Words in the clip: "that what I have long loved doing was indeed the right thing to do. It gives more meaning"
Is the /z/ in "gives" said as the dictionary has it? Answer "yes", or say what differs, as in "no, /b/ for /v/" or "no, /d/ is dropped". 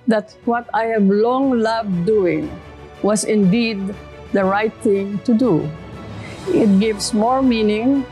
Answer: no, /s/ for /z/